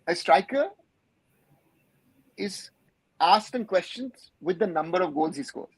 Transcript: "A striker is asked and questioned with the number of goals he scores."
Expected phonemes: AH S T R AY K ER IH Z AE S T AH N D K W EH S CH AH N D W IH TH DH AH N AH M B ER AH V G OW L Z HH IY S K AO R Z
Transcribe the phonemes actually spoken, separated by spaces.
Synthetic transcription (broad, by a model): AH S T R AY K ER IH Z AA S T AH N K W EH S CH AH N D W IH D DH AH N AH M B ER AH V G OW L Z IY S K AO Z